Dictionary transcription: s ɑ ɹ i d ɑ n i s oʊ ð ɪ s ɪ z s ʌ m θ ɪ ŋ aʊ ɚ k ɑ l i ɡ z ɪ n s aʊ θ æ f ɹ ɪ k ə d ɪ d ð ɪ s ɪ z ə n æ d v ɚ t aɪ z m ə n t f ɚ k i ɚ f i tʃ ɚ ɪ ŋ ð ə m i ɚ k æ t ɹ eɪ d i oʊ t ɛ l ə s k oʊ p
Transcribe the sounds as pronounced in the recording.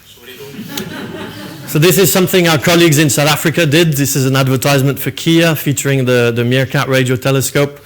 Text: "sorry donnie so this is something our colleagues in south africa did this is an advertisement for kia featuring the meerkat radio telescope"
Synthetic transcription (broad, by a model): s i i ð ɪ s ɪ z s ʌ m θ ɪ ŋ aʊ ɚ k ɑ l i ɡ z ɪ n s aʊ θ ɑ f ɹ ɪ k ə d ɪ d ð ɪ s ɪ z ə n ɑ d v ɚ t aɪ z m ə n t f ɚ k i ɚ f i tʃ ɚ ɪ ŋ ð ə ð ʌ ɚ k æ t ɹ eɪ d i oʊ t ɛ l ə s k oʊ p